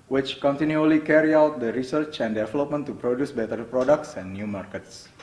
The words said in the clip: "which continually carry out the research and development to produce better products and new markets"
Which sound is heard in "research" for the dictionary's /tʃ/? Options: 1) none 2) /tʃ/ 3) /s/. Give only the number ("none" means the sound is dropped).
2